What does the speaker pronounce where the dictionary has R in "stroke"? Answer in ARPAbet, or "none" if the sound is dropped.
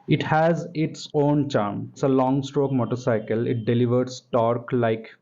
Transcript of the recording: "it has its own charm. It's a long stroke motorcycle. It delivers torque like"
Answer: R